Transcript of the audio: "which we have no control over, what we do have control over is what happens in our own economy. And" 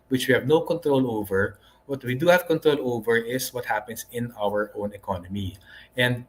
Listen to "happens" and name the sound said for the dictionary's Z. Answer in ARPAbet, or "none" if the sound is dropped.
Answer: S